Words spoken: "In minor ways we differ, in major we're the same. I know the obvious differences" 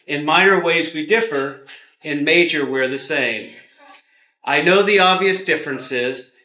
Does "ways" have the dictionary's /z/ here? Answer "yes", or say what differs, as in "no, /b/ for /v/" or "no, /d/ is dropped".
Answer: yes